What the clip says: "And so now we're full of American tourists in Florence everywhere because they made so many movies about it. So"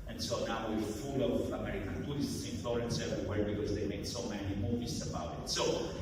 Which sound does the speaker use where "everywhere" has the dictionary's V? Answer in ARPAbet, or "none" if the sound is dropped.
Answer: none